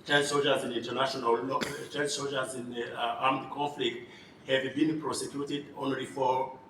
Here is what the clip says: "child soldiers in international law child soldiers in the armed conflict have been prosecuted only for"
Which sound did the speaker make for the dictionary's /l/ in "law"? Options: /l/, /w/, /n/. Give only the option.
/n/